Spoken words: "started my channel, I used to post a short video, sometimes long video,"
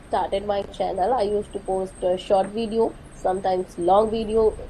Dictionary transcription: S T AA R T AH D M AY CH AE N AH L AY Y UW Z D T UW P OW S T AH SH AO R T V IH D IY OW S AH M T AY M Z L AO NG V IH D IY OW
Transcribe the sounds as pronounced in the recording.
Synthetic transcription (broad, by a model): S T AA R T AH D M AY CH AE N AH L AY Y UW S T UW P OW S T AH SH AO R T V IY D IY OW S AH M T AY M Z L AO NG V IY D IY OW